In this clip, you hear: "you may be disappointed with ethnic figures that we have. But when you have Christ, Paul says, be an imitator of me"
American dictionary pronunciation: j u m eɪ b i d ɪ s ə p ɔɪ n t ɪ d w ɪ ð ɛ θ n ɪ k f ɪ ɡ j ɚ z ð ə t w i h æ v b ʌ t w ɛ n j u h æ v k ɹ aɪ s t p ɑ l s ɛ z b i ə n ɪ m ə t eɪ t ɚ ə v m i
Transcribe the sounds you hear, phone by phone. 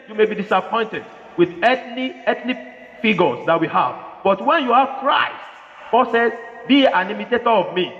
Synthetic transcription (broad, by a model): j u m eɪ b i d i s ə p ɔɪ n t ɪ d w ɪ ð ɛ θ l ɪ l f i ɡ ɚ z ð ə t w i h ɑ v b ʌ t w ɛ n j u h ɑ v k ɹ aɪ s t b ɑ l s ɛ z b i ə n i m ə t eɪ t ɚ ə v m i